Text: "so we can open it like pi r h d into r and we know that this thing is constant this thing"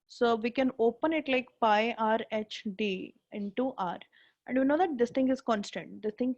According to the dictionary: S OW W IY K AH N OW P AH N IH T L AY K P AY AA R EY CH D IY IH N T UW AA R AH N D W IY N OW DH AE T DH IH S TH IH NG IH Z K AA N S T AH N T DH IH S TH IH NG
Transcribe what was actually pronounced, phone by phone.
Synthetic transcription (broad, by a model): S OW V IY K AH N OW P AH N IH T L AY K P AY AA R EY CH D IY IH N T UW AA R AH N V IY N OW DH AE T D IH S T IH NG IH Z K AA N S T AH N T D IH S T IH NG